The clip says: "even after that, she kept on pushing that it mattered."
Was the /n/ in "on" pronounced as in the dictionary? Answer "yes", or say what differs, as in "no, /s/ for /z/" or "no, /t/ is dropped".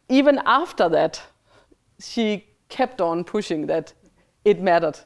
yes